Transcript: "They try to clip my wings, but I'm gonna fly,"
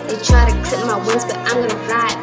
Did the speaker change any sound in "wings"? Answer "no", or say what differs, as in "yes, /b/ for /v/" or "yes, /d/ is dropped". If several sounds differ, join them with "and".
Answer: yes, /ŋ/ is dropped